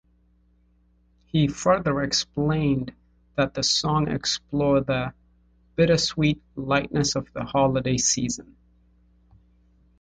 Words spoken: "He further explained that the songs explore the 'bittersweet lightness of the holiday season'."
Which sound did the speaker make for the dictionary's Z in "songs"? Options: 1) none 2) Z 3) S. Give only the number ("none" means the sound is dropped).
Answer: 1